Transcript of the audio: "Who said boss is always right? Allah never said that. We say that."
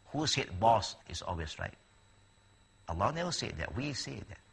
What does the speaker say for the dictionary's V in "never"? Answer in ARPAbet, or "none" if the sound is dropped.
W